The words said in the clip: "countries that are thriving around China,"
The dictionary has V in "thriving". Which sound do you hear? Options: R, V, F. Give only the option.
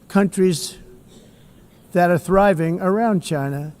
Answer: V